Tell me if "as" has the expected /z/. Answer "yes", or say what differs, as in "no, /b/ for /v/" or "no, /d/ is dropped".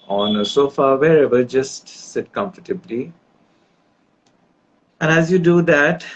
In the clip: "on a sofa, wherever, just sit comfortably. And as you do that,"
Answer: yes